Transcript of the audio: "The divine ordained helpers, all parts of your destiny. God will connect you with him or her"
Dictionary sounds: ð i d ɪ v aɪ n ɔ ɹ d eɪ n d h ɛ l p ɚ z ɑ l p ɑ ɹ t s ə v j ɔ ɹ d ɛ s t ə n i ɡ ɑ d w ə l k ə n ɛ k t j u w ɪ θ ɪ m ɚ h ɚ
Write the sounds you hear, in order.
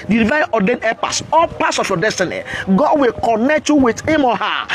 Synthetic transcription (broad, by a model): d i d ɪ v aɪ ɔ d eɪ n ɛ p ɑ s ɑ p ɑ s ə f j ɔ d ɛ s t ə n i ɡ ɑ d w ə l k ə n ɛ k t j u w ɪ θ ɪ m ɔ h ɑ